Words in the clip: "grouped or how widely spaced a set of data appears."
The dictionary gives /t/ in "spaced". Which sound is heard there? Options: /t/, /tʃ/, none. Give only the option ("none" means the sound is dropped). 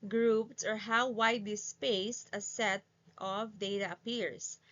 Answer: /t/